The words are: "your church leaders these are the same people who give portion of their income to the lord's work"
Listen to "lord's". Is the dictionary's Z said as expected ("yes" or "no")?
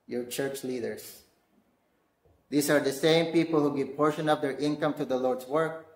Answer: no